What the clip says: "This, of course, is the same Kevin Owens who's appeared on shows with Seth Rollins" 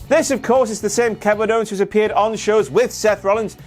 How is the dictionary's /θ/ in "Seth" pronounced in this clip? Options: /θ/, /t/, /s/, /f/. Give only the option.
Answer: /θ/